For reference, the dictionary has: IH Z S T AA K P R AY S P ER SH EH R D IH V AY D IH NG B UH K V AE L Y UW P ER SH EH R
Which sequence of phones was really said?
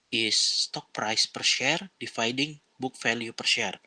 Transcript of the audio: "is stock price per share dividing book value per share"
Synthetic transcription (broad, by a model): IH S T AA K P R AY S P ER SH EH R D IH F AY D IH NG B UH K F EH L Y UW P ER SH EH R